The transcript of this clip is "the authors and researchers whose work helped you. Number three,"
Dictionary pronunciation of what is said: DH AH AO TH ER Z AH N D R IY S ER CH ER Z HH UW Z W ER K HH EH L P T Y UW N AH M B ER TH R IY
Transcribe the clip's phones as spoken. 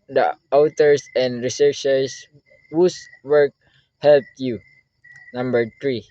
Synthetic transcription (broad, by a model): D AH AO T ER S AH N D R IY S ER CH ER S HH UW S W ER K HH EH L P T Y UW N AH M B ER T R IY